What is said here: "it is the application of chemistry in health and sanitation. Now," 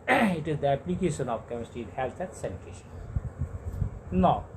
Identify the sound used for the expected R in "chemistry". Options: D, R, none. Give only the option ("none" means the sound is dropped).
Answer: none